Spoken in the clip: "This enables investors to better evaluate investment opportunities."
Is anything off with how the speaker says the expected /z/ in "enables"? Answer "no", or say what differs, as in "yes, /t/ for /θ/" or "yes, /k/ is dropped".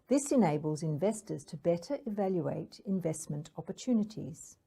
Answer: no